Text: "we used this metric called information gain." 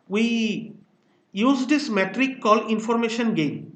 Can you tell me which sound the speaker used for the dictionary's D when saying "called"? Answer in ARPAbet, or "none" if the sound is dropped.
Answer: none